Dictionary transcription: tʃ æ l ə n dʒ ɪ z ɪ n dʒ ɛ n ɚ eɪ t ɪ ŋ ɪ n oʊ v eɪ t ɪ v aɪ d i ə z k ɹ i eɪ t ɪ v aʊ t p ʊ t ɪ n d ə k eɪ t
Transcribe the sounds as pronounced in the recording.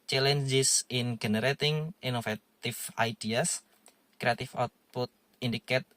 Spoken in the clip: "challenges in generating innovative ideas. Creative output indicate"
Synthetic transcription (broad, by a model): tʃ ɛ l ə n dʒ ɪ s ɪ n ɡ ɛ n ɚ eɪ t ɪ ŋ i n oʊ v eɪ t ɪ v aɪ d i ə s k ɹ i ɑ t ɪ f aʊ t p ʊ t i n d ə k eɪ t